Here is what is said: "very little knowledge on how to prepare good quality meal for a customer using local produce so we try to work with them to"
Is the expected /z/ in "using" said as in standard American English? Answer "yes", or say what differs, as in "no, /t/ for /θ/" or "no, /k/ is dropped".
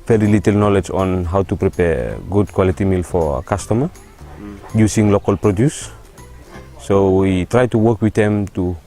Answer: no, /s/ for /z/